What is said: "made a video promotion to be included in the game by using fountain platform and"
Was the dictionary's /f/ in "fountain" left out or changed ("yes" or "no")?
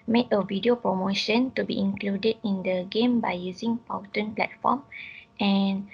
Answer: yes